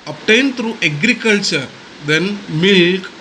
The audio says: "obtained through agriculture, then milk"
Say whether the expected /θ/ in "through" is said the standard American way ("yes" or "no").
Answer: no